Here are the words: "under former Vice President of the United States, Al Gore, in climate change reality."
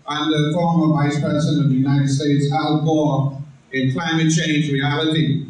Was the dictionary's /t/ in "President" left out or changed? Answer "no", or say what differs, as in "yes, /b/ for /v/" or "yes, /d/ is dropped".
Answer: yes, /t/ is dropped